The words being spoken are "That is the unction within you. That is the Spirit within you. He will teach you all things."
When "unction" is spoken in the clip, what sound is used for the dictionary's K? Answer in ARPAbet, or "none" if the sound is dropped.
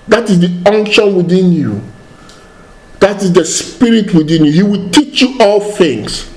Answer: K